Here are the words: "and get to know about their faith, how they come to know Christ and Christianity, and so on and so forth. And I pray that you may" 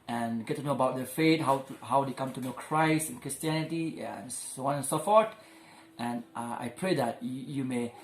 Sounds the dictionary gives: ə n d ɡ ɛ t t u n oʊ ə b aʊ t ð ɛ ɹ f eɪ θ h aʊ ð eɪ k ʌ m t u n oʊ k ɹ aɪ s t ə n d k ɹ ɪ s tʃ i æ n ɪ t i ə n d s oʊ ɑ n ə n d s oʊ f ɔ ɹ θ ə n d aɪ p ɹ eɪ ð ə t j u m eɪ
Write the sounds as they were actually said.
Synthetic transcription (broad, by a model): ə n ɡ ɛ t t u n oʊ ə b aʊ t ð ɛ f eɪ t h aʊ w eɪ k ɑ m t u n oʊ k ɹ aɪ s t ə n k ɹ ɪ s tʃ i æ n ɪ t i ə n s oʊ ɑ n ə n s oʊ f ɔ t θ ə n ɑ aɪ p ɹ eɪ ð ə t j u m eɪ